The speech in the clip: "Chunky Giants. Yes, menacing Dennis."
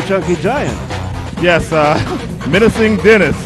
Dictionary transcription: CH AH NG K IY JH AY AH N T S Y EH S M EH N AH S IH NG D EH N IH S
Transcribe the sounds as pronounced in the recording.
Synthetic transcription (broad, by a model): CH AH NG K IY JH AY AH N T Y EH S M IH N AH S IH NG D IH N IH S